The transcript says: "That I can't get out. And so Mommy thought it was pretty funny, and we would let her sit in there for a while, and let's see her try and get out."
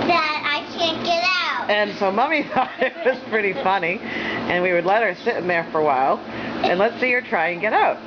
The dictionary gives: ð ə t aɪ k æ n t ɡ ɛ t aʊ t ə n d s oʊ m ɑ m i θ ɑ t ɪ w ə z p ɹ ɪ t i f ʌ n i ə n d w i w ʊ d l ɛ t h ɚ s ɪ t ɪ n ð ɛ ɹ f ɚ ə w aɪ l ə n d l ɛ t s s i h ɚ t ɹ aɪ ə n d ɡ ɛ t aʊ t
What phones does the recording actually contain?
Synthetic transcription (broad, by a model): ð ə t aɪ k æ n ɡ ɛ t aʊ t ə n s oʊ m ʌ m i f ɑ ɪ w ə z p ɹ ɪ t i f ʌ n i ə n w i w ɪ d l ɛ t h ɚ s ɪ t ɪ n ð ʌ ɹ f ɚ ə w aɪ l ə n l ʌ t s s i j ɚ t ɹ aɪ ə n ɡ ɛ t aʊ t